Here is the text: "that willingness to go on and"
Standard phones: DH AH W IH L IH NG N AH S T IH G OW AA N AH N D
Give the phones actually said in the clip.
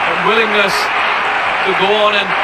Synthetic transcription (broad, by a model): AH W IH L IH NG N AH S T IH G OW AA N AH N